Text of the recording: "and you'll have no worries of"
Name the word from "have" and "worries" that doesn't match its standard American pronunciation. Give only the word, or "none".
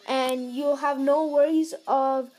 none